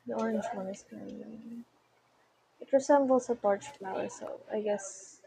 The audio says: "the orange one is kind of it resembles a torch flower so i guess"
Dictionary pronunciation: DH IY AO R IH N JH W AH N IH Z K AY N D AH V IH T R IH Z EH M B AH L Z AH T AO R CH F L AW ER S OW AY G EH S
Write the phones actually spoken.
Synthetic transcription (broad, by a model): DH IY AO R IH N JH W AH N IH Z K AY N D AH IH T R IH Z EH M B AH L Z AH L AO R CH F L AW ER S OW AY G EH S